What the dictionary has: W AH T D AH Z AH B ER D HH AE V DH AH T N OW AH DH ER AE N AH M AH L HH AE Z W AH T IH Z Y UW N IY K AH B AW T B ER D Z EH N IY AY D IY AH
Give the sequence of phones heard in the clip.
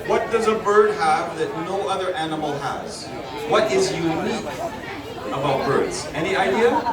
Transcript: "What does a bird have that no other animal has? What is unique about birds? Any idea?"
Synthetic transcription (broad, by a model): W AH T D AH Z AH B ER D HH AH V DH AH T N OW AH DH ER AE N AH M L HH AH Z W AH T IH Z Y UW N IY K AH B AW T B ER D Z EH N IY AY D IY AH